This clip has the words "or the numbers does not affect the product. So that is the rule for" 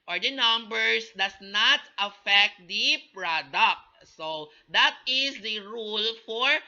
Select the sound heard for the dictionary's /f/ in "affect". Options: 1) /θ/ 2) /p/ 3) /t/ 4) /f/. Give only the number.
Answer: 4